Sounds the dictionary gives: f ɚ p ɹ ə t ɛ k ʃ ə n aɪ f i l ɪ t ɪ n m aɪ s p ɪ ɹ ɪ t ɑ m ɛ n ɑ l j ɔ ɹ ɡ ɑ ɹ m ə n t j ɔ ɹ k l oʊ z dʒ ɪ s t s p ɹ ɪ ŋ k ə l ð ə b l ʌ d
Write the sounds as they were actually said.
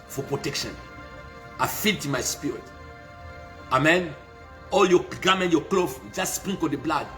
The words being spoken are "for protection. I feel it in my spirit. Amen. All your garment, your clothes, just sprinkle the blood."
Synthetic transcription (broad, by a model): f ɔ p ɹ ə t ɛ k ʃ ə n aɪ f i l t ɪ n m aɪ s p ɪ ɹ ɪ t ɑ m ɛ n ɑ l j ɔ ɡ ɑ m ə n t j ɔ k l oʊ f dʒ ɪ s t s p ɹ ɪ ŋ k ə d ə b l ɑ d